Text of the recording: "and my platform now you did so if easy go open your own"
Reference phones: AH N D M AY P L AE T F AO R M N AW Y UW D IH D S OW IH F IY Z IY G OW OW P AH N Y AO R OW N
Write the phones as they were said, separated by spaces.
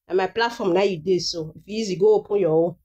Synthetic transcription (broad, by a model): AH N M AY P L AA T F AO M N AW Y UW D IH S OW IH F IY Z IY G OW OW P AH N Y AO W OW